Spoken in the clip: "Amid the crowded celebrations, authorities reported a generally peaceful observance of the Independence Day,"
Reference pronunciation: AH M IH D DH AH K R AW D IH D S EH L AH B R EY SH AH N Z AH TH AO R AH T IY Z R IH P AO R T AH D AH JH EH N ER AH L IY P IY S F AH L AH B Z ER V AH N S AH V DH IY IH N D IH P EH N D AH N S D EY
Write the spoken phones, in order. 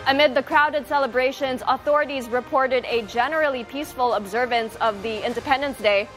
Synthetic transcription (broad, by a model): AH M IH D DH AH K R AW D IH D S EH L AH B R EY SH AH N Z AH TH AO R AH T IY Z R IH P AO R T AH D AH JH EH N ER L IY P IY S F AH L AH B Z ER V AH N S AH V DH IY IH N D IH P EH N D AH N S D EY